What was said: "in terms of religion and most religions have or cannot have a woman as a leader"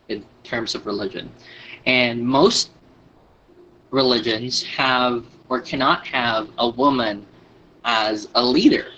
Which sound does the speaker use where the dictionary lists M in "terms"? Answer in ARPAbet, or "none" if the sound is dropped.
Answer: M